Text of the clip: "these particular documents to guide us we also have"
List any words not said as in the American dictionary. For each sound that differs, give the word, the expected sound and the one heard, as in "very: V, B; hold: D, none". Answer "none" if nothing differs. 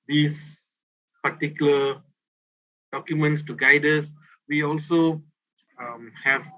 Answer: none